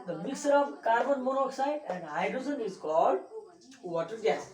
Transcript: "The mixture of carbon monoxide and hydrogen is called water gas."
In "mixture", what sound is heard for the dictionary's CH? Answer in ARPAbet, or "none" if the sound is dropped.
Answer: none